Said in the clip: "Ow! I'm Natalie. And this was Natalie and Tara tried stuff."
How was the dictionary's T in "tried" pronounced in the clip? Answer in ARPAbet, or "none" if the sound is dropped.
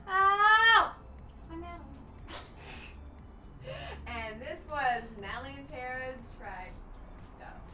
S